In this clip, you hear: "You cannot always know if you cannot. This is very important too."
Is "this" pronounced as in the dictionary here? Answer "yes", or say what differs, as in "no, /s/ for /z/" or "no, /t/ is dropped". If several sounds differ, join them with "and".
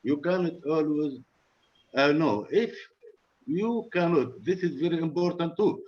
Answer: yes